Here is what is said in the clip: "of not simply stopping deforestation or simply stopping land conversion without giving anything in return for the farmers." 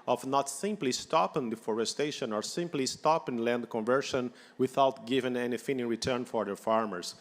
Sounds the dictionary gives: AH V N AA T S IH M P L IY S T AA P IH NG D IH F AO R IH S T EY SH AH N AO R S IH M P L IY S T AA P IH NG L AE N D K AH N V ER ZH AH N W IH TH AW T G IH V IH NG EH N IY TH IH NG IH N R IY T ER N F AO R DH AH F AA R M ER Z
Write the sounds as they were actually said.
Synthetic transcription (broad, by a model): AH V N AA T S IH M P L IY S T AA P IH NG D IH F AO R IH S T EY SH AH N AO R S IH M P L IY S T AA P IH NG L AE N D K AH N V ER SH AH N W IH TH AW T G IH V IH NG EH N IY F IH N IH R IY T ER N F AO R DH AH F AA R M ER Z